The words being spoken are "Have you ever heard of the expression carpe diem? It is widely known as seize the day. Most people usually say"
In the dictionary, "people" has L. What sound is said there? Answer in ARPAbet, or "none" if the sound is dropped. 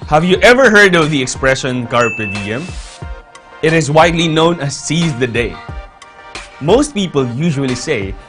L